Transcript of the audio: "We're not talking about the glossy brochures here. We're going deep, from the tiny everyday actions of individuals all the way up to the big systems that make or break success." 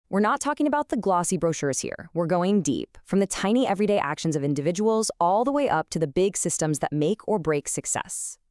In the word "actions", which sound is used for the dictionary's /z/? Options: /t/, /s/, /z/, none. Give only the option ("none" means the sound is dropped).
/z/